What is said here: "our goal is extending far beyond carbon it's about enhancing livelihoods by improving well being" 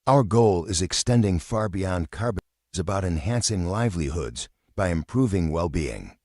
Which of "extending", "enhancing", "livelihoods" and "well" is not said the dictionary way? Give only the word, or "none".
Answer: none